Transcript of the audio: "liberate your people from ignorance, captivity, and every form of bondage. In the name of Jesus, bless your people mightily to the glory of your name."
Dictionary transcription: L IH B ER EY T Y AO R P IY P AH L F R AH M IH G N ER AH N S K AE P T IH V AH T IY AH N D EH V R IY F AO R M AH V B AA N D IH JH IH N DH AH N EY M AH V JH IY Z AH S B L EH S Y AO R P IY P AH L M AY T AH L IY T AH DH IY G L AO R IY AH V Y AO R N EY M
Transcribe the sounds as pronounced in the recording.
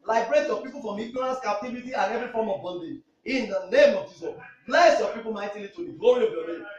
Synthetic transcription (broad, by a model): L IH B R EY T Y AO P IY P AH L F R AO M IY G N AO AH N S K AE P T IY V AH T IY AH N EH V R IY F AO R M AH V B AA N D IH IH N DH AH N EY M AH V JH IY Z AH S B L EH S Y AO P IY P AH L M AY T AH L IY T AH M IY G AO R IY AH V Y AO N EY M